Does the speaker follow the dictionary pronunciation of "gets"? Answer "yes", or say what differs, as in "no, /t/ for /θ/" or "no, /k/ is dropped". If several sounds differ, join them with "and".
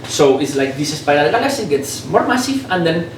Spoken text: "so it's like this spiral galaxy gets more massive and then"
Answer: yes